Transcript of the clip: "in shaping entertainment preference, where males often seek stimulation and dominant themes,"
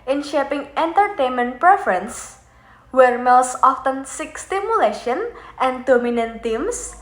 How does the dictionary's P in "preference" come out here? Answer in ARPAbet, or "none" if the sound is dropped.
P